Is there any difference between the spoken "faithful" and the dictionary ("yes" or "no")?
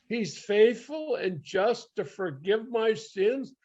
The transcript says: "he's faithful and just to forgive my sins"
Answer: no